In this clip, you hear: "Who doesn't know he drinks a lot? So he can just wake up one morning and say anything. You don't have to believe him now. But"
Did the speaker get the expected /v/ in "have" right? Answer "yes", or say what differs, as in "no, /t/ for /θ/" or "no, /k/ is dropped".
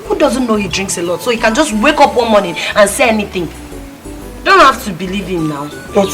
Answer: no, /f/ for /v/